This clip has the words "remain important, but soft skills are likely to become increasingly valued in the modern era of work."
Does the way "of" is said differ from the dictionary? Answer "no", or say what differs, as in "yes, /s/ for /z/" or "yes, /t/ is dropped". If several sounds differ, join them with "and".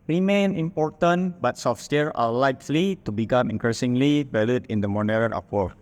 yes, /p/ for /v/